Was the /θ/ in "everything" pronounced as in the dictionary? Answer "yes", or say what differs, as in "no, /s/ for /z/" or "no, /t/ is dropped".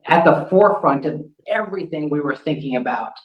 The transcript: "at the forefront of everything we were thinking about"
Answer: yes